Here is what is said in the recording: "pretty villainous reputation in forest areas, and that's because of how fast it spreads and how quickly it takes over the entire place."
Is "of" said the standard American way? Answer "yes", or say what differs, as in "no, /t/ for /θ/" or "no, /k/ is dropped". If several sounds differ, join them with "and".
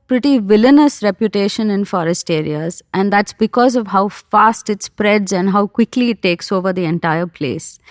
yes